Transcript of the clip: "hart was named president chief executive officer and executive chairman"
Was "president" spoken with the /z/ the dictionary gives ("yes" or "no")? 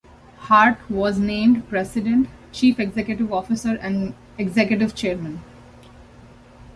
no